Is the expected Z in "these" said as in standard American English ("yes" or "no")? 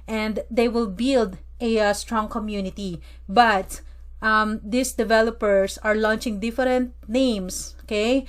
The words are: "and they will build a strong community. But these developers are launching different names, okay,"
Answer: no